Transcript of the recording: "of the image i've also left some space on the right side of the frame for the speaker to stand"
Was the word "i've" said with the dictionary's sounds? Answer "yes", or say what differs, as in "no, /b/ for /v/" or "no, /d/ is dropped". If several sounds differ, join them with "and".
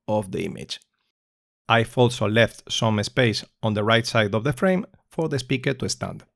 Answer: no, /f/ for /v/